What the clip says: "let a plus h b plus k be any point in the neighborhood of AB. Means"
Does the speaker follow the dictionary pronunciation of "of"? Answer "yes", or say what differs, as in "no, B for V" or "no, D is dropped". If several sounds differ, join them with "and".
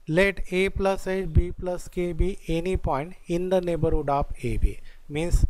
no, P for V